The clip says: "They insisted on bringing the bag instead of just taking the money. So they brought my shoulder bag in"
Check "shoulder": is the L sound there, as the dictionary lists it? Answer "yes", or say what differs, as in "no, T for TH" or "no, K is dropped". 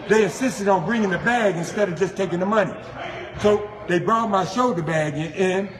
no, L is dropped